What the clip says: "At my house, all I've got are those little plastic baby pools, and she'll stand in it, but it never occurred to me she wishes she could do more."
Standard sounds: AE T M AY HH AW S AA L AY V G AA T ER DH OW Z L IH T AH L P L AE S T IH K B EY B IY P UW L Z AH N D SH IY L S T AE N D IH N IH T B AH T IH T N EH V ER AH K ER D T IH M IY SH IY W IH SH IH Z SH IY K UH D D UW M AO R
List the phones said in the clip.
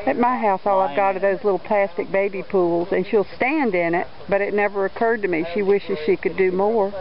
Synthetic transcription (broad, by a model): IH T M AY HH AW S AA L AY V G AA T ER DH OW Z L IH T L P L AE S T IH K B EY B IY P UW L Z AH N SH IY L S T AE N D IH N IH T B AH T IH T N EH V ER AH K ER D T IH M IY SH IY W IH SH IH Z SH IY K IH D D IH M AO R